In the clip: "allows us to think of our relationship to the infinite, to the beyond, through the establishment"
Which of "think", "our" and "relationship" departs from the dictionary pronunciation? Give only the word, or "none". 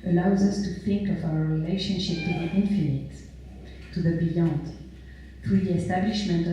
none